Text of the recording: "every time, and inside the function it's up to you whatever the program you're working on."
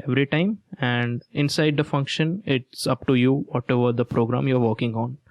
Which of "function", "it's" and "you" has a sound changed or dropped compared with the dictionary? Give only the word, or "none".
none